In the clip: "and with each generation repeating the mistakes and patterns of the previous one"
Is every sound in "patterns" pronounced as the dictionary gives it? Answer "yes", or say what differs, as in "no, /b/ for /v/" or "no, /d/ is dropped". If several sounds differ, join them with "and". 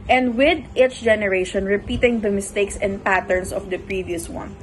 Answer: no, /s/ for /z/